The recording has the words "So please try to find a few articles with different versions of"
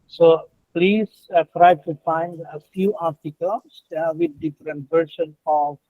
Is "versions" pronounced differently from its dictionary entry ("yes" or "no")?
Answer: yes